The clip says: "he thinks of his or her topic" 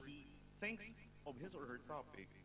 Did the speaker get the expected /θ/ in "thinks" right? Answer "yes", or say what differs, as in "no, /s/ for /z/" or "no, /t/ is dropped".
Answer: yes